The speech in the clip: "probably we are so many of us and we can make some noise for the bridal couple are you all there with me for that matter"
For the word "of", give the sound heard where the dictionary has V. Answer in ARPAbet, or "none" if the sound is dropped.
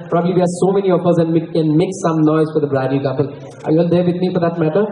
F